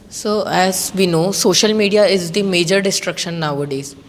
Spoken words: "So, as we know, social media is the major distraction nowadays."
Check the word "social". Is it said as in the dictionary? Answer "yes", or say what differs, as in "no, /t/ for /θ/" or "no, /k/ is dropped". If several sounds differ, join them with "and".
yes